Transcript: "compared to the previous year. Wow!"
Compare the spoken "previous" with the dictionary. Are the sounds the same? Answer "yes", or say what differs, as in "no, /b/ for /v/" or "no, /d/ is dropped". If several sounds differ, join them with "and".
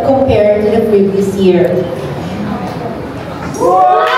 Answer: yes